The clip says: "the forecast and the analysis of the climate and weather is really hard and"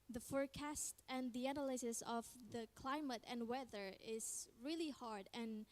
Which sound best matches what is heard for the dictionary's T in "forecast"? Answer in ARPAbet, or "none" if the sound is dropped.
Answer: T